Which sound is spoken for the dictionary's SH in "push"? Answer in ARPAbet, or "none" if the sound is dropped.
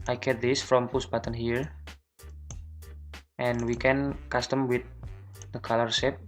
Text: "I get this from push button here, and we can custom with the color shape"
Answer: S